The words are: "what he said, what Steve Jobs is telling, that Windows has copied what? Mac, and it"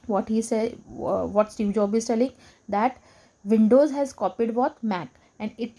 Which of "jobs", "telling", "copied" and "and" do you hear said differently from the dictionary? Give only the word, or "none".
jobs